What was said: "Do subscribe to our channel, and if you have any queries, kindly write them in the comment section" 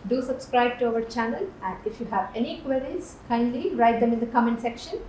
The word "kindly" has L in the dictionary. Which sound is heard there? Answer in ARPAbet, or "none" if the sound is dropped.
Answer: L